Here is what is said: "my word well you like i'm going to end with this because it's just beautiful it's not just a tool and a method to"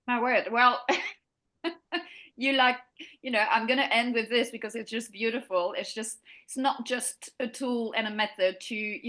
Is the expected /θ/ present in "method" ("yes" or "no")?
yes